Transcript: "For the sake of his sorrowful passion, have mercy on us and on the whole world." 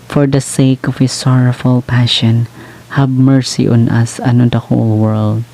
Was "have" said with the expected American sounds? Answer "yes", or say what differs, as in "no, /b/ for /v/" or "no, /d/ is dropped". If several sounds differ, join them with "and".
no, /b/ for /v/